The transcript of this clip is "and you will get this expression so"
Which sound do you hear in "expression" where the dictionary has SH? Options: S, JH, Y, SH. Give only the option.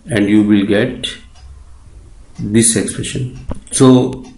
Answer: SH